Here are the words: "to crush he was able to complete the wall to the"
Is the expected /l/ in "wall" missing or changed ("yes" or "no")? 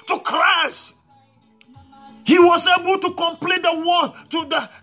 yes